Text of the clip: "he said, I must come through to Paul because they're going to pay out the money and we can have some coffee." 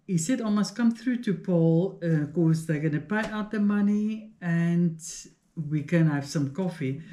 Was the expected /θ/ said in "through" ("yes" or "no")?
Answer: yes